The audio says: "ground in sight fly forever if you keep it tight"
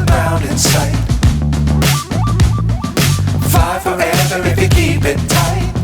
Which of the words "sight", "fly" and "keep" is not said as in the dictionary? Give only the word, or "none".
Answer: fly